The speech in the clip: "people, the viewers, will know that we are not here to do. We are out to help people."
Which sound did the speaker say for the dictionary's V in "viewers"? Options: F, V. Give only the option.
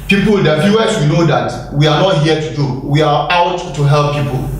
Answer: F